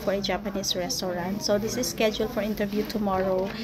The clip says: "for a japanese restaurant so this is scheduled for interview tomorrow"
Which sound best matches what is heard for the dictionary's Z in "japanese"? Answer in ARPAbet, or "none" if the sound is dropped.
S